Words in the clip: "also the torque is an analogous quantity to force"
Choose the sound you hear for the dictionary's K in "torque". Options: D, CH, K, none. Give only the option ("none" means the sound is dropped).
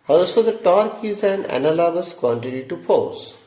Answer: K